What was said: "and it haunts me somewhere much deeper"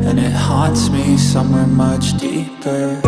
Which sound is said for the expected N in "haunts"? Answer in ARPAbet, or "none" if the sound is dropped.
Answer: none